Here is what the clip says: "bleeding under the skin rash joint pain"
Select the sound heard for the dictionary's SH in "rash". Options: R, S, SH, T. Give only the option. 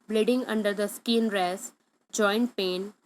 S